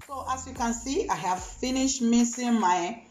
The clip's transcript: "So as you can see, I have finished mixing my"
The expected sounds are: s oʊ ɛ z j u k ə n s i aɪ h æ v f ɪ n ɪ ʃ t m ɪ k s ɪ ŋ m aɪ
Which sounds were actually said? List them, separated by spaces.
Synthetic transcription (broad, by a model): s oʊ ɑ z j u k ə n s i aɪ h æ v f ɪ n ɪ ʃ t m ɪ s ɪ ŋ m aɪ